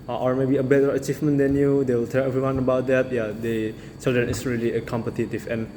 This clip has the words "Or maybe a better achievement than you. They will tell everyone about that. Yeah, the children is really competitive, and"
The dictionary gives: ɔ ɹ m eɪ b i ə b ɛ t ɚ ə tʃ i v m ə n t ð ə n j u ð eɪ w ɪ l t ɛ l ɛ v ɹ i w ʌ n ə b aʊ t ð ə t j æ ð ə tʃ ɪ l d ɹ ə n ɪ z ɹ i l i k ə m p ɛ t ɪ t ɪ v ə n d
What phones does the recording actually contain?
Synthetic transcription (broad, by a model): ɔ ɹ m eɪ b i ə b ɛ t ɚ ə tʃ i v m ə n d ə n j u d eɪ w ɪ l t ɛ l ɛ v ɹ i w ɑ n ə b aʊ t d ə t j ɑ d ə s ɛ d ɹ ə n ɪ s ɹ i l i k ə m p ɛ t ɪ t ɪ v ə n